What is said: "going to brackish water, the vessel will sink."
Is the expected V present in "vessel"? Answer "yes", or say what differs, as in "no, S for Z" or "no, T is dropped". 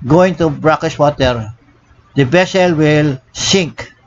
no, B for V